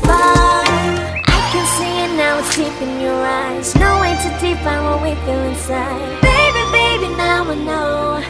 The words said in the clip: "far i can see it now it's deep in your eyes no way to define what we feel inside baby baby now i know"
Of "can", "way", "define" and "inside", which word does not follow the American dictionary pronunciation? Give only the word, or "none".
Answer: define